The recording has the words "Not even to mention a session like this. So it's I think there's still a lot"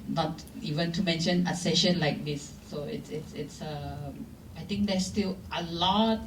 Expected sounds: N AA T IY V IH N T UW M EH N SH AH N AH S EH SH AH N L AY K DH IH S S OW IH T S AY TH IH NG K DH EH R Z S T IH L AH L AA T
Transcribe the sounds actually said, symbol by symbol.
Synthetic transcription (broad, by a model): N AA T IY V IH N T UW M EH N SH AH N AH S EH SH AH N L AY K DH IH S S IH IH T S AY T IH NG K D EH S T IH L AH L AA T